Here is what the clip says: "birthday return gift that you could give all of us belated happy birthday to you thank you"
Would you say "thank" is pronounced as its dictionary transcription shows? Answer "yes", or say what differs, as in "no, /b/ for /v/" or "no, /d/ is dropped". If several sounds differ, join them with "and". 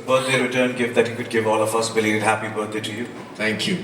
no, /t/ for /θ/